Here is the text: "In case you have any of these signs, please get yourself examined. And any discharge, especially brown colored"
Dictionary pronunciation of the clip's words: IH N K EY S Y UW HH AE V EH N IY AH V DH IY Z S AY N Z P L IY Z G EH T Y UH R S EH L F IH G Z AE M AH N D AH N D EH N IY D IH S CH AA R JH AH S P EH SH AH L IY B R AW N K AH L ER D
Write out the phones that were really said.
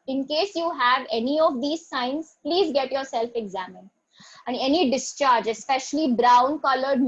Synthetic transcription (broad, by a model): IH N K EY S Y UW HH AE V EH N IY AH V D IY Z S AY N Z P L IY Z G EH T Y UH R S EH L F IH G Z AE M AH N D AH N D EH N IY D IH S CH AA R JH AH S P EH SH AH L IY B R AW N K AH L ER D